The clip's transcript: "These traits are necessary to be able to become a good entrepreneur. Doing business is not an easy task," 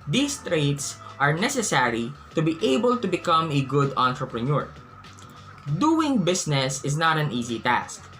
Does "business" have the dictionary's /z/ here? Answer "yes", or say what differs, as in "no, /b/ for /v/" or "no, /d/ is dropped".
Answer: no, /s/ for /z/